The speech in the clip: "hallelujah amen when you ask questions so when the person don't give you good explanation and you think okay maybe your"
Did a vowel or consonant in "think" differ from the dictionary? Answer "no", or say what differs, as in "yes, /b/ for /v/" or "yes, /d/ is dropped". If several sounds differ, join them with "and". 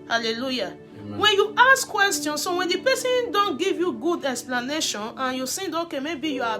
yes, /s/ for /θ/